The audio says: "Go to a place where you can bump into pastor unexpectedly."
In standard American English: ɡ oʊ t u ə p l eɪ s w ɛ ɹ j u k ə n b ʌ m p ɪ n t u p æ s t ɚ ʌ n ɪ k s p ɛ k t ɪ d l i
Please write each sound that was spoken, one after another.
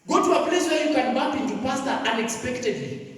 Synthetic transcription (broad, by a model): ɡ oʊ t u ə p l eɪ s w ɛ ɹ j u k ə n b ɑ p ɪ n t u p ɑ s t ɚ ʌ n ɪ k s p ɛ k t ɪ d l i